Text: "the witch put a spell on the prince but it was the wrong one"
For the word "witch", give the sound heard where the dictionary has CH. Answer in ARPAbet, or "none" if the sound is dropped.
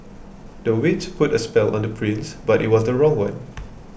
S